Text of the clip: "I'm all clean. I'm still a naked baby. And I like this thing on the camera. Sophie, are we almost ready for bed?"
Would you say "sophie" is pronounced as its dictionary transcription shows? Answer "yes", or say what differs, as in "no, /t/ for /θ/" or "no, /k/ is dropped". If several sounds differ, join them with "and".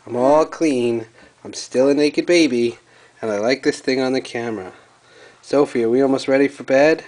yes